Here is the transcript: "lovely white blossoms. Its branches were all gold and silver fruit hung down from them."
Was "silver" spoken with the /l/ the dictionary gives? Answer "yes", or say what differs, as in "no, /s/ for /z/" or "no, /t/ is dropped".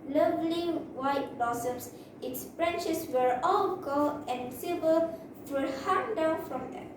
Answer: no, /l/ is dropped